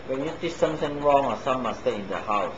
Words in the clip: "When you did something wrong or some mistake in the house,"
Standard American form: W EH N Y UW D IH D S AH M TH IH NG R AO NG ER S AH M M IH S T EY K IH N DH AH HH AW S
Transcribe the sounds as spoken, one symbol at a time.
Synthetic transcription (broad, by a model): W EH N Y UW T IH S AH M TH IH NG R AO NG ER S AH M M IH S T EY IH N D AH HH AW S